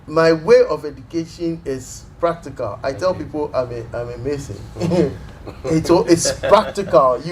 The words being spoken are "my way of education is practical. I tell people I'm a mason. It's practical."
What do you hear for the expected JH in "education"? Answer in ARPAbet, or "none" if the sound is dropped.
JH